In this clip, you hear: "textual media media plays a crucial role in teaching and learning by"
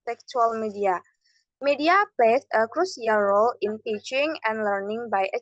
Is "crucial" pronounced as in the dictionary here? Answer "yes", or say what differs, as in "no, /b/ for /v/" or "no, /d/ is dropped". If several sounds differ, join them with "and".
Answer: no, /s/ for /ʃ/